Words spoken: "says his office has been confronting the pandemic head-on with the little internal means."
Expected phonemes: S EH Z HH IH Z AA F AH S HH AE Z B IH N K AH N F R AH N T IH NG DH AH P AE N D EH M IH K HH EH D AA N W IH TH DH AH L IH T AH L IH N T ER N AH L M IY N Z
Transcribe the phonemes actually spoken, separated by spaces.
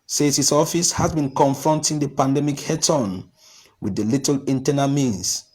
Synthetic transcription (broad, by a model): S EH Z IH S AA F AH S HH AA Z B IH N K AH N F R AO N T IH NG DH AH P AE N D EH M IH K HH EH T AA N W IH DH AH L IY T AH L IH N T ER N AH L M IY N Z